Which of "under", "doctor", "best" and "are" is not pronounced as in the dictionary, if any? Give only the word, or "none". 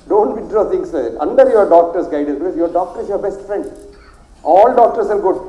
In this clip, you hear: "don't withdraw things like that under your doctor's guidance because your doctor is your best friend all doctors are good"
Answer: are